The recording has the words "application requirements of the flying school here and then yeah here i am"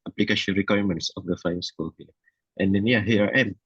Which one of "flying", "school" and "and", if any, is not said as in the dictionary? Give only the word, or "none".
flying